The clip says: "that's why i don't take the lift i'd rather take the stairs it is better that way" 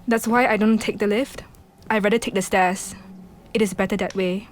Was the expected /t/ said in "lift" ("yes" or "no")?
yes